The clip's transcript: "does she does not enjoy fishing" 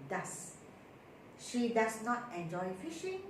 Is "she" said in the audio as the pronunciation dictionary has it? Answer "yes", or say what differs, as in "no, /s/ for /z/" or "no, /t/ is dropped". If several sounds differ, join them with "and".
yes